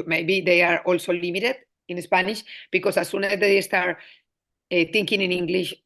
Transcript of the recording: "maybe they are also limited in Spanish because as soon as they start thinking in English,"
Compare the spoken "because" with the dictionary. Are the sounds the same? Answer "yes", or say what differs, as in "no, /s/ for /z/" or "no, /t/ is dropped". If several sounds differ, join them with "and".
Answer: no, /s/ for /z/